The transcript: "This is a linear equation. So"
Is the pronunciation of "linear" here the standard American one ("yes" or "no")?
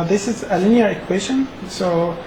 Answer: yes